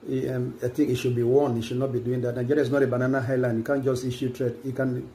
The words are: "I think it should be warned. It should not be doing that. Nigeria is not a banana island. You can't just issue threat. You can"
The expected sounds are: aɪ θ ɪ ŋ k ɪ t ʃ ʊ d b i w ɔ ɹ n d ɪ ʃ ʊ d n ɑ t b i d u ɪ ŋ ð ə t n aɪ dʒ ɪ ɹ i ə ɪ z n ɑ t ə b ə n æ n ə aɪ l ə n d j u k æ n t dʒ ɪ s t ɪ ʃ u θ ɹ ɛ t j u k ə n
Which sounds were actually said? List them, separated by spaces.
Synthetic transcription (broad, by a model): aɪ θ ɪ ŋ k ɪ t ʃ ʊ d b i w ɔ n ɪ ʃ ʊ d n ɑ t b i d u ɪ ŋ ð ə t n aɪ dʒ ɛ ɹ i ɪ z n ɑ t ə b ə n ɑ n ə aɪ l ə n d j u k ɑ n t dʒ ɪ s t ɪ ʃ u t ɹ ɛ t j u k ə n